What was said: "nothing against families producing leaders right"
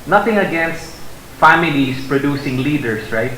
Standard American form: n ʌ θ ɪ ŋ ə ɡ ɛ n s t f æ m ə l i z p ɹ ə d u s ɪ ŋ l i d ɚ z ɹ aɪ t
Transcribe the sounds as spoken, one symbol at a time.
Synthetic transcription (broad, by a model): n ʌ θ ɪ ŋ ə ɡ ɛ n s t f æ m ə l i s p ɹ ə d u s ɪ ŋ l i d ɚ s ɹ aɪ t